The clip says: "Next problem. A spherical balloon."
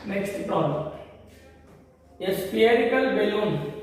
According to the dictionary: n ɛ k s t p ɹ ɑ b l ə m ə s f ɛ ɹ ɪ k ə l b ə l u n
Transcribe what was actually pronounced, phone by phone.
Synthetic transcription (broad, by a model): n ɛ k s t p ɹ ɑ l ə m ə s p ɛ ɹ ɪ k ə l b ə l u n